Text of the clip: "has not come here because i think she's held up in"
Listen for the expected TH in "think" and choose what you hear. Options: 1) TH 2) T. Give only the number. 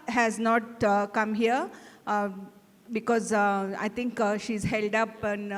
2